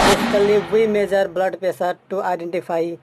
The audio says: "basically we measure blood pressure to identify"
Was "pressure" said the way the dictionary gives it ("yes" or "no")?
no